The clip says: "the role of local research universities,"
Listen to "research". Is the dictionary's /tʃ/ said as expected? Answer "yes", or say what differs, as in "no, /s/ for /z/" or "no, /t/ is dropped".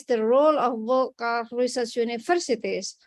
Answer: no, /s/ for /tʃ/